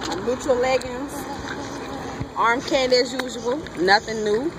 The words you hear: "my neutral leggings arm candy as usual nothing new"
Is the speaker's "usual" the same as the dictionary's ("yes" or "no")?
no